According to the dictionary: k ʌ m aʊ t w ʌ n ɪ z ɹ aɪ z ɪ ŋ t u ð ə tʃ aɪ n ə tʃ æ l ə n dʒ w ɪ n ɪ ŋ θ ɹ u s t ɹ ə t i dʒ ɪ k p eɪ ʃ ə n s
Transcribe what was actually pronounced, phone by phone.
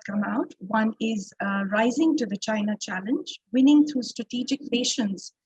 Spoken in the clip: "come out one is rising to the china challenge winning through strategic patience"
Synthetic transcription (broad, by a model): k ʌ m aʊ t w ʌ n ɪ z ɹ aɪ z ɪ ŋ t u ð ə tʃ aɪ n ə tʃ æ l ə n dʒ w ɪ n ɪ ŋ t ɹ u s t ɹ ə t i dʒ ɪ k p eɪ ʃ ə n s